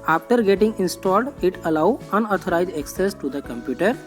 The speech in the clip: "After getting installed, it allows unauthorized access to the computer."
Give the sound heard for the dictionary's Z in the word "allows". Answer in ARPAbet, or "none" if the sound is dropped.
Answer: none